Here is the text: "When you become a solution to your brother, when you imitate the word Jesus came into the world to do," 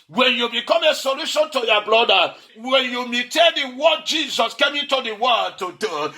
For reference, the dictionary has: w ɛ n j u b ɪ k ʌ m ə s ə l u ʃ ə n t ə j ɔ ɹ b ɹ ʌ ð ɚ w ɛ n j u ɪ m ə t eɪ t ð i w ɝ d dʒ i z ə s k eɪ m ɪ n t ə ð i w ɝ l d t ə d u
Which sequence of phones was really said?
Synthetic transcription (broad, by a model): w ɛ n j u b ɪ k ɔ m ə s ə l u ʃ ə n t ə j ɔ b l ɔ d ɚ w ɛ n j u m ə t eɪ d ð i w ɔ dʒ i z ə s k eɪ m ɪ n t ə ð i w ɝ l t ə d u